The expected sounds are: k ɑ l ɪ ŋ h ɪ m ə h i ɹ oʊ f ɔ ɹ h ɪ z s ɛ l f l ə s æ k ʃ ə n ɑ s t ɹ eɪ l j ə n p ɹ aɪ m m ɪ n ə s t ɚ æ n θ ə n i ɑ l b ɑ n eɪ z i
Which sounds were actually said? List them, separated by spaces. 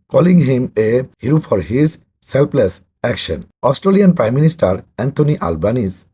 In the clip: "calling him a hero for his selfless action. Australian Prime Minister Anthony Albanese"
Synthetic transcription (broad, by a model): k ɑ l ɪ ŋ h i m ə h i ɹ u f ɔ ɹ h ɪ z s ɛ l p l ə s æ k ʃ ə n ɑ s t ɹ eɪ l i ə n p ɹ aɪ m m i n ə s t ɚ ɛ n t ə n i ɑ l b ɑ n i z